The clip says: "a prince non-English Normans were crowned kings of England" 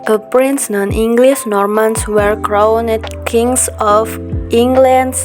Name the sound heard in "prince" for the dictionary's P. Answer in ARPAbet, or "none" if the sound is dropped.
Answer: P